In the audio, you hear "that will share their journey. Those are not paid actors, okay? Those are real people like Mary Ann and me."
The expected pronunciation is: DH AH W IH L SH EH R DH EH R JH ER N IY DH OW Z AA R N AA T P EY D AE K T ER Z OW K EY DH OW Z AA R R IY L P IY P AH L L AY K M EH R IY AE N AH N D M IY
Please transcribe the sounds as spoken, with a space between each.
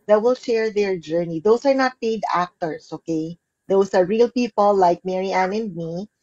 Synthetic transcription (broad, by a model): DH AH W IH L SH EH R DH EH R JH ER N IY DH OW S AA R N AA T P EY D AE K T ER S OW K EY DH OW S AA R R IY L P IY P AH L L AY K M EH R IY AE N AH N D M IY